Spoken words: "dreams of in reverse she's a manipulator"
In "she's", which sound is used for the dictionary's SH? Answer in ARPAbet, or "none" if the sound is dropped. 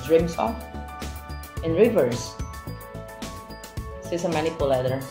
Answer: S